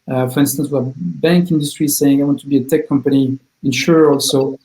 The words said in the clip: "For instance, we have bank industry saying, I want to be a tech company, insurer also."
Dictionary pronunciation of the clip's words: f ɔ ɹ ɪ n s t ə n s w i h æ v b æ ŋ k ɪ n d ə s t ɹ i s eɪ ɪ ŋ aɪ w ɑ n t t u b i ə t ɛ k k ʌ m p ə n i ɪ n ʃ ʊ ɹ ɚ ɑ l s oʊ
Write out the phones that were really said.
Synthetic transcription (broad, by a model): f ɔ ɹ ɪ n s t ə n s w i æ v b æ ŋ k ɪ n d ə s t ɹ i s eɪ ɪ ŋ aɪ w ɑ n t t u b i ə t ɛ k k ʌ m p ə n i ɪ n ʃ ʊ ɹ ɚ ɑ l s oʊ